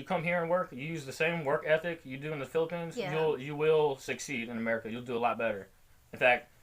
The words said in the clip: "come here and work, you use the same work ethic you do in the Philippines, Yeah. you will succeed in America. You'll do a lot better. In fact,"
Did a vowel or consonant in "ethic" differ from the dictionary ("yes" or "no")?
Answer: no